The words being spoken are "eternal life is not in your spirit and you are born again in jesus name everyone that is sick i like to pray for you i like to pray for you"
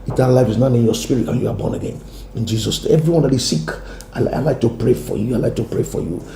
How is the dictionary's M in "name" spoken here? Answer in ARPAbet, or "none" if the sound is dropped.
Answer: none